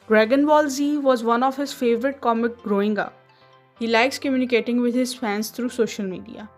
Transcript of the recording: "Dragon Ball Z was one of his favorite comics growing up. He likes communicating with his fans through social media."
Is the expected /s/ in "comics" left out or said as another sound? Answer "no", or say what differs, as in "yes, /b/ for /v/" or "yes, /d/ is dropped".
yes, /s/ is dropped